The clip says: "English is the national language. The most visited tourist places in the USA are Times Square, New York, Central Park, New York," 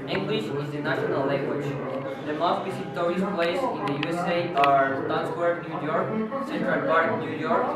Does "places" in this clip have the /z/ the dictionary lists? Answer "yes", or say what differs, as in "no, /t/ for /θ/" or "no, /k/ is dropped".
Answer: no, /s/ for /z/